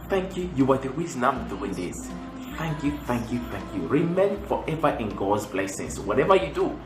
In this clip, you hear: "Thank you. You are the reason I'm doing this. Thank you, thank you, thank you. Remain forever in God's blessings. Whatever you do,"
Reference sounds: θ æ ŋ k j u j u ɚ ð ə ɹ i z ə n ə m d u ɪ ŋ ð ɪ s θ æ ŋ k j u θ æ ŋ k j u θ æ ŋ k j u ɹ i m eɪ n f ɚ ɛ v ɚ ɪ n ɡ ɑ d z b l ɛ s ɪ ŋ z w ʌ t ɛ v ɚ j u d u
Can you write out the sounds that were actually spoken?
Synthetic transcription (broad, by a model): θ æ ŋ k j u j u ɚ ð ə w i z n ə m d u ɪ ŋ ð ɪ s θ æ ŋ k j u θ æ ŋ k j u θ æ ŋ k j u ɹ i m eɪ n f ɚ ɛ v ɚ ɪ n ɡ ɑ d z b l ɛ s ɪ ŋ s w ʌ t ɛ v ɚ j u d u